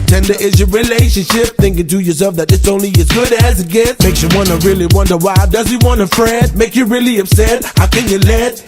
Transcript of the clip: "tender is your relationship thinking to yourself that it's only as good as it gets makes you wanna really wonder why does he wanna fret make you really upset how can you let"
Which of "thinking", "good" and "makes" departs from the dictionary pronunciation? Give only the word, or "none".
none